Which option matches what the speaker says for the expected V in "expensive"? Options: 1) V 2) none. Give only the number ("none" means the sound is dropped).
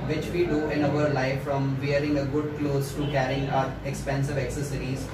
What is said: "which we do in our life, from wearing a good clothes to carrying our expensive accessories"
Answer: 1